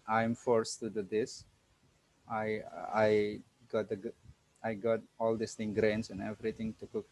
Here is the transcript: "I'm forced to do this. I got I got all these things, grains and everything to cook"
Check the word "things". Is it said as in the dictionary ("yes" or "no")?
no